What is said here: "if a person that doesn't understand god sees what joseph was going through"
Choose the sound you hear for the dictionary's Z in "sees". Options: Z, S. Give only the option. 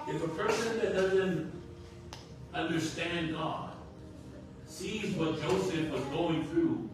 Z